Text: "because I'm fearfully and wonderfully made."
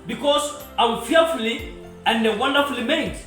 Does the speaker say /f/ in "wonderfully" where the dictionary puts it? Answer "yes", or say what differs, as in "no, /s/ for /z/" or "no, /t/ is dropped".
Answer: yes